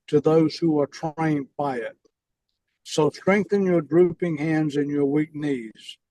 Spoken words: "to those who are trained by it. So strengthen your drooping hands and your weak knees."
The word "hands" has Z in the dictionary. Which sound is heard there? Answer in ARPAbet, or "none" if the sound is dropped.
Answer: Z